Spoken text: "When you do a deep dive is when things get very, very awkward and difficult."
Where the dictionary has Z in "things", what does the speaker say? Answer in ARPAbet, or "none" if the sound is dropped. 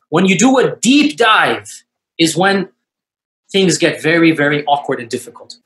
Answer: Z